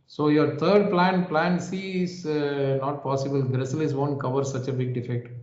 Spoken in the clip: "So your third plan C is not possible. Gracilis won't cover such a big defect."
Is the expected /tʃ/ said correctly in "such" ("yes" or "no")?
yes